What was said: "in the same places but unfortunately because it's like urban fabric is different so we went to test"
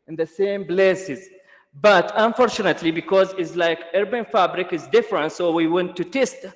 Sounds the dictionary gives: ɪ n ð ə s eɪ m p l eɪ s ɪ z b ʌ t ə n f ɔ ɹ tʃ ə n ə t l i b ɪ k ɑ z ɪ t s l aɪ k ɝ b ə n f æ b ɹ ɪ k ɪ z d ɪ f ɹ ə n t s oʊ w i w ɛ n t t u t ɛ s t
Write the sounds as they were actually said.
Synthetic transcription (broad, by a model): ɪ n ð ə s eɪ m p l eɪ s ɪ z b ʌ t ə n f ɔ ɹ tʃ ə n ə t l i b ɪ k ɑ z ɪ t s l aɪ k ɝ b ə n f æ b ɹ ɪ k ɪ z d ɪ f ɹ ə n t s oʊ w i w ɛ n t t u t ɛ s t